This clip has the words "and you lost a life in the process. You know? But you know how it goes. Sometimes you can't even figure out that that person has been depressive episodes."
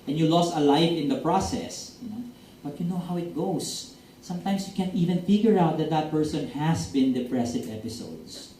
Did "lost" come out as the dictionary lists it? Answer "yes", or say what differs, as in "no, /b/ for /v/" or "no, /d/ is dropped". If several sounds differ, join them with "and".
yes